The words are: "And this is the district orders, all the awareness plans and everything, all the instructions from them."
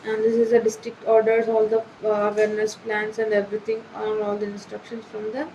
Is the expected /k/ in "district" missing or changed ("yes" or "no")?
no